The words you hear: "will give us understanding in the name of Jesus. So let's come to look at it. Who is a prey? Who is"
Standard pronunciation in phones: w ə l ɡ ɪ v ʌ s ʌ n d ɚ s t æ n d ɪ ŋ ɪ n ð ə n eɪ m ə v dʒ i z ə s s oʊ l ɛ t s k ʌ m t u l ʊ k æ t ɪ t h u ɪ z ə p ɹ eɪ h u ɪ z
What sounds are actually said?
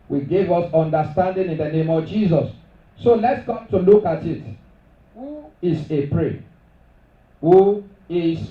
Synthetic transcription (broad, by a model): w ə ɡ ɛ v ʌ s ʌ n d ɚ s t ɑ n d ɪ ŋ ɪ n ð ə n eɪ m ə v dʒ i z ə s s oʊ l ɛ t s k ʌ m t u l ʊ k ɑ t ɪ t h u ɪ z ə p ɹ eɪ h u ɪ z